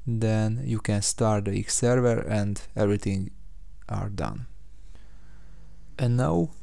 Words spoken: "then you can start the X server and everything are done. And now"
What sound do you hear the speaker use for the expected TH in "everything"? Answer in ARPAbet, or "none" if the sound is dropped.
T